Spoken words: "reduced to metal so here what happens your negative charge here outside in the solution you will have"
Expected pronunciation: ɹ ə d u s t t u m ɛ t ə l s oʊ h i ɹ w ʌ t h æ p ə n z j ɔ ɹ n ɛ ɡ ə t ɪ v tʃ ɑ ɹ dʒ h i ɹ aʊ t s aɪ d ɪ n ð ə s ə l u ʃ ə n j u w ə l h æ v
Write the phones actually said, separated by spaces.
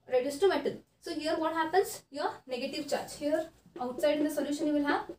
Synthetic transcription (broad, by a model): ɹ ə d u s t t u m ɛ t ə n s oʊ h i ɹ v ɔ t h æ p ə n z j ɔ ɹ n ɛ ɡ ə t ɪ v tʃ ɑ ɹ dʒ h i ɹ aʊ t s aɪ d ɪ n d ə s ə l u ʃ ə n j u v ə l h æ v